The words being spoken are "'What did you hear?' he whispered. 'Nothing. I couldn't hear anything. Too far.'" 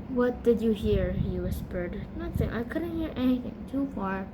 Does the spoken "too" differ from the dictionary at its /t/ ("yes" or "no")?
no